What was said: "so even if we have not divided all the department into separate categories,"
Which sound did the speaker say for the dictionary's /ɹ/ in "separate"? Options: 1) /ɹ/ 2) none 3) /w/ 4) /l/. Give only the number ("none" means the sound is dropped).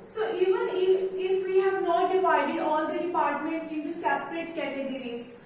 1